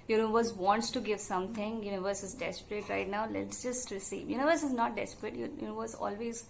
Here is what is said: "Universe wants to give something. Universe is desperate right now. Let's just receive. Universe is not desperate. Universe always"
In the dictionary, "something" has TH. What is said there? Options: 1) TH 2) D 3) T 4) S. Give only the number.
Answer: 3